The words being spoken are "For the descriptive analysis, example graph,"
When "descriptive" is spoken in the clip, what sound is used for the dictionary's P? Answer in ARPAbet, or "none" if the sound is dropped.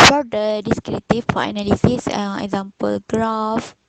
none